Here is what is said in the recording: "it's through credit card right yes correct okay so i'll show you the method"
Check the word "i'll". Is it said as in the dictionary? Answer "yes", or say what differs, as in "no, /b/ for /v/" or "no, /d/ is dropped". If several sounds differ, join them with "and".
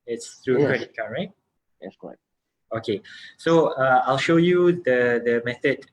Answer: yes